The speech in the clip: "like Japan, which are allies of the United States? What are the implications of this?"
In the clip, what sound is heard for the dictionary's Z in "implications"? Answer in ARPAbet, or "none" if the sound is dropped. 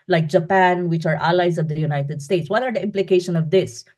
none